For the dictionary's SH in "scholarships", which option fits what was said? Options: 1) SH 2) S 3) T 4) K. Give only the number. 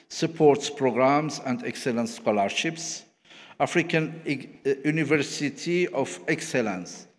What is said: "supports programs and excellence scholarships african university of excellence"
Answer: 1